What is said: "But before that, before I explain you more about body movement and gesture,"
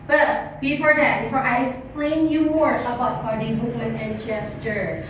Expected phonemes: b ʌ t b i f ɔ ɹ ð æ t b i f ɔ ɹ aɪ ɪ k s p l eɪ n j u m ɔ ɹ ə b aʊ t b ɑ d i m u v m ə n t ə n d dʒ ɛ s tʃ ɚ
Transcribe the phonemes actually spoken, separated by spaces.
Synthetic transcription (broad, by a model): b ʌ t b i f ɔ ɹ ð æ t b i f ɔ ɹ aɪ ɪ k s p l eɪ n j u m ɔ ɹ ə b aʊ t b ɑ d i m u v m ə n ə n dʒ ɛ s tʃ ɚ